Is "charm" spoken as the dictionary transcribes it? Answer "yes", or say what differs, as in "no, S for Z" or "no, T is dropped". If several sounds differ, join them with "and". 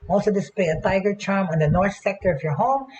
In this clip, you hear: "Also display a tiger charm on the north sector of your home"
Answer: yes